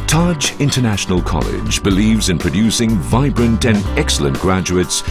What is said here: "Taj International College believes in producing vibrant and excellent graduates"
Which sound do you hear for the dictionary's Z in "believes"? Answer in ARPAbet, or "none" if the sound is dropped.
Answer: Z